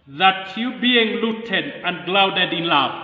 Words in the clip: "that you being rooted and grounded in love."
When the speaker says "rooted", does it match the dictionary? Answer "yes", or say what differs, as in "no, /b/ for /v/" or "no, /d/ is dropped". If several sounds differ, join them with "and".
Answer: no, /l/ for /ɹ/